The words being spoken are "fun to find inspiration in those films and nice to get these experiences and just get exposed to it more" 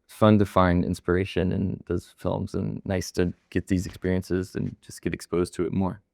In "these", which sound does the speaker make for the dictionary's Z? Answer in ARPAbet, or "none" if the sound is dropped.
Z